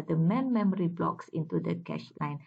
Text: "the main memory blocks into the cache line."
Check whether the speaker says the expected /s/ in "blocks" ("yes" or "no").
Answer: yes